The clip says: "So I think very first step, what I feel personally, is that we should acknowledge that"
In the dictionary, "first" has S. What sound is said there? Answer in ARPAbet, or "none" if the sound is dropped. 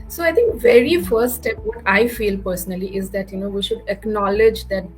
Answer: none